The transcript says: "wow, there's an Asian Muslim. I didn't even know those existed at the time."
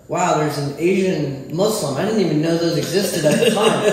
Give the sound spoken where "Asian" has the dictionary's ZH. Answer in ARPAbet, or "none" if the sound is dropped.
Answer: ZH